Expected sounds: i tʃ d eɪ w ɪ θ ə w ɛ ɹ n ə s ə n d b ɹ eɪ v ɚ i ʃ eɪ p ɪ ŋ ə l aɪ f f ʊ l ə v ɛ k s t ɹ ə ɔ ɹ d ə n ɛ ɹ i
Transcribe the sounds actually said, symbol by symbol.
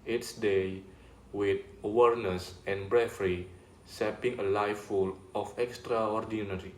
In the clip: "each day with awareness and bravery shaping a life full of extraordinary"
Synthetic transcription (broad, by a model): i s d eɪ w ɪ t ə w ɛ ɹ n ə s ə n b ɹ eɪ f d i s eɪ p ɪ ŋ ə l aɪ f f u l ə f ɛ k s t ɹ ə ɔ ɹ d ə n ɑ ɹ i